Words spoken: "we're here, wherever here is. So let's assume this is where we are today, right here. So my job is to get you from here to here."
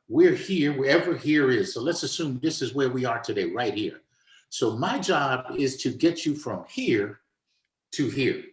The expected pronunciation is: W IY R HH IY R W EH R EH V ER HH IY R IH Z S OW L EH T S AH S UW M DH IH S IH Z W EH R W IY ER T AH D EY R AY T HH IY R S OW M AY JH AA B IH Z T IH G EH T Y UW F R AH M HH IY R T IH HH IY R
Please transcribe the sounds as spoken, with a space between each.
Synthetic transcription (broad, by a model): W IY R HH IY R W EH R EH V ER HH IY R IH Z S OW L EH T S AH S UW M DH IH S IH Z W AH R W IY ER T AH D EY R AY T HH IY R S OW M AY JH AA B IH Z T IH G EH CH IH F R AH M HH IY R T IH HH IY R